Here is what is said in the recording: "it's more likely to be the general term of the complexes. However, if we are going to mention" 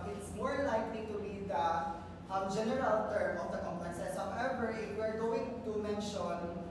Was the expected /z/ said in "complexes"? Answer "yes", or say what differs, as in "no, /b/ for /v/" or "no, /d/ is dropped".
no, /s/ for /z/